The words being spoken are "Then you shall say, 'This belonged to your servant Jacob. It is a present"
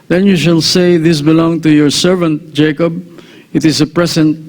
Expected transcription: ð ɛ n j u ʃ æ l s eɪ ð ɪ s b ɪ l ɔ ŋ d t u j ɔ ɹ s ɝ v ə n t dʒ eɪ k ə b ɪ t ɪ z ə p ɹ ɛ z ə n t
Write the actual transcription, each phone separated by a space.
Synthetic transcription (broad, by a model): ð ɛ n j u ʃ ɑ l s eɪ ð ɪ s b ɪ l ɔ ŋ t u j ɔ ɹ s ɝ v ə n t dʒ eɪ k ə b ɪ t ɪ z ə p ɹ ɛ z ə n t